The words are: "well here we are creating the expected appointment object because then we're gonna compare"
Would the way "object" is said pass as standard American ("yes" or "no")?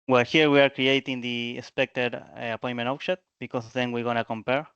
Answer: no